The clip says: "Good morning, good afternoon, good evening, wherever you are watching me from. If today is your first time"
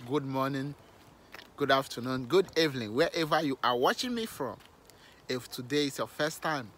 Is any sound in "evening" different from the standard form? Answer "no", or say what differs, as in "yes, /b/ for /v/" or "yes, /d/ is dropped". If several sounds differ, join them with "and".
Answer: yes, /l/ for /n/